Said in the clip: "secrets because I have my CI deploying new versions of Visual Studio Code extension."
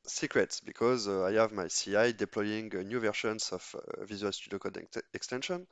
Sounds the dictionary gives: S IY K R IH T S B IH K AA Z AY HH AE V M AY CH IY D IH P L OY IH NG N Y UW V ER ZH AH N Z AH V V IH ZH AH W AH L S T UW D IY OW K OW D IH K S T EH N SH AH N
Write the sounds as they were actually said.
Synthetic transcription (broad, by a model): S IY K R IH T S B IH K AA Z AY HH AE V M AY S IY D IH P L OY IH NG N Y UW V ER SH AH N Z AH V V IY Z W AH L S T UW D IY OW K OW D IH K S T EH N SH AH N